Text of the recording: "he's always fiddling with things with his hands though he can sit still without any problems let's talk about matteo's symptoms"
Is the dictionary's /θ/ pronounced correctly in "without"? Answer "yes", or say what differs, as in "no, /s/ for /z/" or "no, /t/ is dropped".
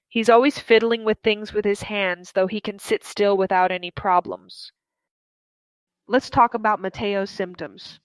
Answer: yes